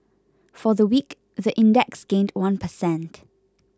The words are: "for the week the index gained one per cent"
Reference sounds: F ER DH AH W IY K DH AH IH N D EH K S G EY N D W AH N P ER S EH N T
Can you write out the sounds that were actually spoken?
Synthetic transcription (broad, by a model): F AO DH AH W IY K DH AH IH N D EH K S G EY N D W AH N P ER S EH N T